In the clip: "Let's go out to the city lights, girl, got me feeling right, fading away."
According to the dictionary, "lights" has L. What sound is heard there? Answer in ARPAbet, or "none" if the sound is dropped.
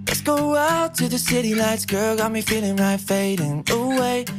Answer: N